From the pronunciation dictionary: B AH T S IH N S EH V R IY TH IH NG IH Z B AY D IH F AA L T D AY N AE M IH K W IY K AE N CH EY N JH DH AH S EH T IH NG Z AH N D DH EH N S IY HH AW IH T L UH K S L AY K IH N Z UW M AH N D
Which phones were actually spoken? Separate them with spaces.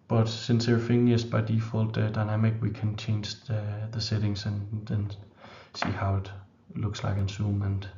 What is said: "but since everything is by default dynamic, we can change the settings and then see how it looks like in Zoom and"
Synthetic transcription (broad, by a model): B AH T S IH N S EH R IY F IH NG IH S B AY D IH F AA L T D AY N AE M IH K W IY K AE N CH EY N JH DH AH S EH T IH NG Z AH N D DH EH N S IY HH AW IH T L UH K S L AY K IH N S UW M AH N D